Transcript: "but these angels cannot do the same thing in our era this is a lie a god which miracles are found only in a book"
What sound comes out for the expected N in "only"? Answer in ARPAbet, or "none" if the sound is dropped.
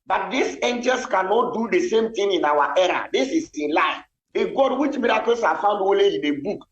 none